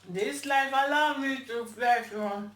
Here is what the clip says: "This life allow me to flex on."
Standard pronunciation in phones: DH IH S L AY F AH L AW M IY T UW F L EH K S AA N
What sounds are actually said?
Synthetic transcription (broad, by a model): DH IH S L AY F AH L AW M IY T UW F EH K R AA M